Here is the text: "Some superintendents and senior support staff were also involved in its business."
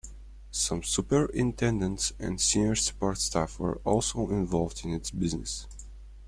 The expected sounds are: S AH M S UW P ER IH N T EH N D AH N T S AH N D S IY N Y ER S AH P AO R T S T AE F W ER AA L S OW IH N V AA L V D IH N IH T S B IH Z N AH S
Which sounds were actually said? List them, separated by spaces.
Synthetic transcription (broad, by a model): S AH M S UW P ER IH N T EH N D AH N T S AH N D S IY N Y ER S AH P AO R T S T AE F W ER AA L S OW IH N V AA L V D IH N IH T S B IH Z N AH S